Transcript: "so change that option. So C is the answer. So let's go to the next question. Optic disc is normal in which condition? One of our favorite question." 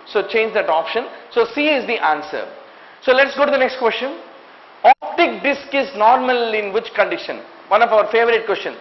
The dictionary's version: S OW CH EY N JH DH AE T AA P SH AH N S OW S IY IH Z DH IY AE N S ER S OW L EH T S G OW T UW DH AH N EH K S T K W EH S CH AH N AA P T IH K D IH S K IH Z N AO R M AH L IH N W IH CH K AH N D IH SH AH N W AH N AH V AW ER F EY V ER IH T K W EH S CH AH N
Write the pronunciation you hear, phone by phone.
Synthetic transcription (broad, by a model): S OW CH EY N JH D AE T AA P SH AH N S OW S IY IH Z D IY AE N S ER S OW L EH T S G OW T UW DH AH N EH K S T K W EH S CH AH N AA P T IH K D IH S K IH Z N AO R M AH L IH N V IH CH K AH N D IH SH AH N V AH N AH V AW ER F EY V ER IH T K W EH S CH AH N